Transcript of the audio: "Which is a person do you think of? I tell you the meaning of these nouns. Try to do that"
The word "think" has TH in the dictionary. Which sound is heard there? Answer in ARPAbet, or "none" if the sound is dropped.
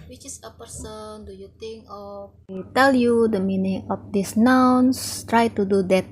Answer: T